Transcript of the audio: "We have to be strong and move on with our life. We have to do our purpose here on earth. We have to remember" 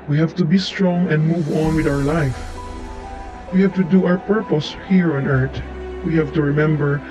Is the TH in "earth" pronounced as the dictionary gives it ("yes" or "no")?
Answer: no